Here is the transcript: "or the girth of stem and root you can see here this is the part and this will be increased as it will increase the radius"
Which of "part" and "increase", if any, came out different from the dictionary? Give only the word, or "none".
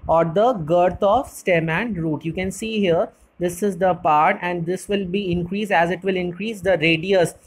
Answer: none